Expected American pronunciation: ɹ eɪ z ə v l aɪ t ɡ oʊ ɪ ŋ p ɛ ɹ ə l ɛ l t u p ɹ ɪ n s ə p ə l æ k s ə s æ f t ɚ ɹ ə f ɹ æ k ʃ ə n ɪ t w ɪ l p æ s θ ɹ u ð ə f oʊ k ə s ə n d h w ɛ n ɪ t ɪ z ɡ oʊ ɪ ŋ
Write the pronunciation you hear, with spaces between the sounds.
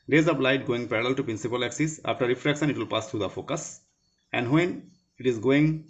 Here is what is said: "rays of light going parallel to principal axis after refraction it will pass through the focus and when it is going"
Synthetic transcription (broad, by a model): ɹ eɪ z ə p l aɪ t ɡ oʊ ɪ ŋ p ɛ ɹ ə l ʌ l t u p ɹ ɪ n s ə p ə l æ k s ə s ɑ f t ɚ ɹ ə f ɹ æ k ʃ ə n ɪ t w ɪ l p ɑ s t ɹ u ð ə f oʊ k ə s ə n d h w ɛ n ɪ t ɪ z ɡ oʊ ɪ ŋ